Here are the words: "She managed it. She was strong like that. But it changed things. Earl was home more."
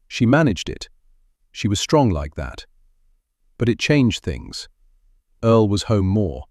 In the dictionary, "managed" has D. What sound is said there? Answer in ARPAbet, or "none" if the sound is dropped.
D